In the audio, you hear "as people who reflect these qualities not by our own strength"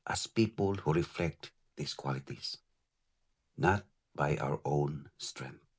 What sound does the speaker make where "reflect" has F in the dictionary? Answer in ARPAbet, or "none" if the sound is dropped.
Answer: F